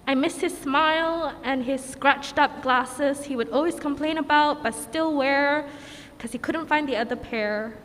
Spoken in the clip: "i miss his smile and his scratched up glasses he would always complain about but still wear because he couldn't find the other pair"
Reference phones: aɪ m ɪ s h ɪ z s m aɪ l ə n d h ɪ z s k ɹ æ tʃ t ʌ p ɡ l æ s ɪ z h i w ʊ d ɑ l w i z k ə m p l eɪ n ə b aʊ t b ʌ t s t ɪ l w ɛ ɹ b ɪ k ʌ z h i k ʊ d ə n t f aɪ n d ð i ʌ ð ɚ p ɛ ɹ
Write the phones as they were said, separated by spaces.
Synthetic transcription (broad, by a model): aɪ m ɪ s h ɪ z s m aɪ l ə n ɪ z s k ɹ æ tʃ t ʌ p ɡ l æ s ɪ z h i w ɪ d ɑ l w i z k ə m p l eɪ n ə b aʊ t b ʌ t s t ɪ l w ɛ ɹ k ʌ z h i k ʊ d n t f aɪ n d ð i ʌ ð ɚ p ɛ ɹ